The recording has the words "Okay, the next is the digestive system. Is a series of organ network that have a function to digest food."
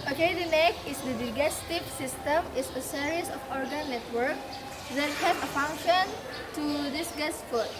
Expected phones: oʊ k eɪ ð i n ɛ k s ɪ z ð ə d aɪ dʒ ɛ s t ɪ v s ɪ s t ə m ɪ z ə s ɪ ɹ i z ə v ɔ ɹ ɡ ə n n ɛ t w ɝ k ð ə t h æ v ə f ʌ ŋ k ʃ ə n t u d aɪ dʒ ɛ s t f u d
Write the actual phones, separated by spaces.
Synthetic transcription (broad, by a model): oʊ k eɪ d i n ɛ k ɪ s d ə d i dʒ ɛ s t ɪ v s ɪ s t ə m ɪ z ə s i ɹ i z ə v ɔ ɹ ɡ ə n n ɛ t w ɝ k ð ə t h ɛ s ə f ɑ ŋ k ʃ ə n t u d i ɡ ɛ s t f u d